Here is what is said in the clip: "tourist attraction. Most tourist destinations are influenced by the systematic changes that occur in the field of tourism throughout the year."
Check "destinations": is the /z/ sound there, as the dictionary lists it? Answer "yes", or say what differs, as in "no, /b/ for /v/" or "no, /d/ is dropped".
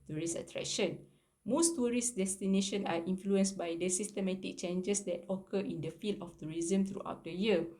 no, /z/ is dropped